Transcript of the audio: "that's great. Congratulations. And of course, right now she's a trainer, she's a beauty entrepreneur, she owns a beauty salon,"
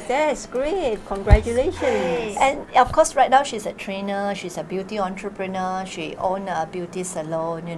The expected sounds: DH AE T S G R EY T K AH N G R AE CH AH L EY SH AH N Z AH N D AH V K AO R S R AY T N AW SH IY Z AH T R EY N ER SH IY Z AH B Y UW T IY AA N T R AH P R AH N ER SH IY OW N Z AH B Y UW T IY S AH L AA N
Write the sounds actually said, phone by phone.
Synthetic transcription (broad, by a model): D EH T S G R EY T K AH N G R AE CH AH L EY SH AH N AH N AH F K AO S R AY T N AW SH IY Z AH T R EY N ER SH IY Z AH B Y UW T IY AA N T R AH P R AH N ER SH IY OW N AH B Y UW T IY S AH L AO N